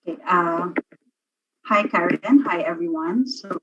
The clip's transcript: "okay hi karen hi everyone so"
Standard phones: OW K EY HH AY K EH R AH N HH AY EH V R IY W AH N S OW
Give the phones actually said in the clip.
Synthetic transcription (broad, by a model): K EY HH AY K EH R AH N HH AY EH V R IY W AH N S OW